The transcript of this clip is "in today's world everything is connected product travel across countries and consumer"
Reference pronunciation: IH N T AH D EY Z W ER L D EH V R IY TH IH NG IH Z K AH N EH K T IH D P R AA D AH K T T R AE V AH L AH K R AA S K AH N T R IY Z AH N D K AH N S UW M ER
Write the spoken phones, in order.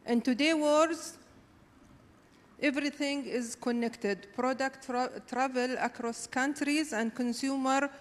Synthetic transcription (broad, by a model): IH N T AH D EY W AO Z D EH V R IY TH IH NG IH Z K AH N EH K T IH D P R AA D AH K T T R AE V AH L AH K R AA S K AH N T R IY Z AH N D K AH N S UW M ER